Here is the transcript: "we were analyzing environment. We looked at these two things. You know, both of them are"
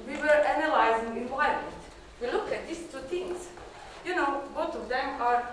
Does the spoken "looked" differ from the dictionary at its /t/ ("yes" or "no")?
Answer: yes